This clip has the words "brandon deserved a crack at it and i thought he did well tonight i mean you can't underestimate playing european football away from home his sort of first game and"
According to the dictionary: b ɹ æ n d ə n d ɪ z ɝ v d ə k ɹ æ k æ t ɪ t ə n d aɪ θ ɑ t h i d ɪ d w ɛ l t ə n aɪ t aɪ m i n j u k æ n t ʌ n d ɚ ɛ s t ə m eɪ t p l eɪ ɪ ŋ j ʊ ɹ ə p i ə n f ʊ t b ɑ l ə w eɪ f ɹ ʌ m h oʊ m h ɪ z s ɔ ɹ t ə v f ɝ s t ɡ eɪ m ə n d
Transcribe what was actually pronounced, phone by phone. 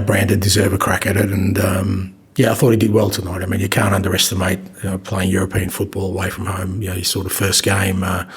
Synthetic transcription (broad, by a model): b ɹ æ n d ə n d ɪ z ɝ v ə k ɹ æ k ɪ t ɪ t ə n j aɪ θ ɑ t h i d ɪ d w ɛ l t ə n aɪ t aɪ m i n j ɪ k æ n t ʌ n d ɚ ɛ s t ə m eɪ t p l eɪ ɪ ŋ j ʊ ɹ ə p i ə n f ʊ t b ɑ l ə w eɪ f ɹ ʌ m h oʊ m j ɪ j s ɔ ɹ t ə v f ɝ s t ɡ eɪ m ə